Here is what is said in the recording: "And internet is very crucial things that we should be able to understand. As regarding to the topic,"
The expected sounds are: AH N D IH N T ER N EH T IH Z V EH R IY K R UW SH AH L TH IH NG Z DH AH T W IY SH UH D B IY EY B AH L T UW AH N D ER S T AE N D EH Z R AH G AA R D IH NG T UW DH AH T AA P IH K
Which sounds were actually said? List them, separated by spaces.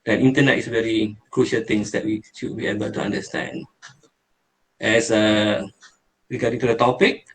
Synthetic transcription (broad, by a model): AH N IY N T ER N EH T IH S V EH R IY K R UW SH AH L T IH NG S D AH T W IY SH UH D B IY EY B AH L T UW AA N D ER S T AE N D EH S R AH G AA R D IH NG T UW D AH T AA P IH K